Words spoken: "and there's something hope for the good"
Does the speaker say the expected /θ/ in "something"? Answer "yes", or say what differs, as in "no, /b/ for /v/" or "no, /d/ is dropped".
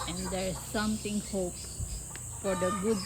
no, /t/ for /θ/